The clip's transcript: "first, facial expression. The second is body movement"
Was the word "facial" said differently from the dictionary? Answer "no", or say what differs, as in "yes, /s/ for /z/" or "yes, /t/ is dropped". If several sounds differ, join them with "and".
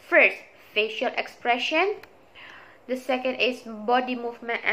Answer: no